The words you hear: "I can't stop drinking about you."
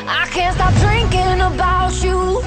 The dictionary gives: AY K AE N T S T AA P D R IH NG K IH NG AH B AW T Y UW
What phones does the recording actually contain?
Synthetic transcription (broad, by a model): AY K AE N T S T AA P D R IH NG K IH NG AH B AW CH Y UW